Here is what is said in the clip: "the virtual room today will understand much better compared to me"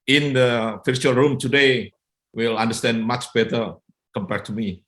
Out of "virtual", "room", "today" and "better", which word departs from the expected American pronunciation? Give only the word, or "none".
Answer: virtual